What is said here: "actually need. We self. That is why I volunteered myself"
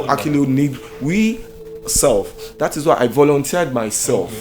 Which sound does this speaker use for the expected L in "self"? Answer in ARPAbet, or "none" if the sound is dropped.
L